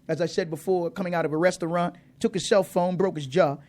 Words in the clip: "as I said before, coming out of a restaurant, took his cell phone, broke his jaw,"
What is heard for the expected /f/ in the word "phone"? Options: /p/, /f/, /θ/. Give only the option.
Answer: /f/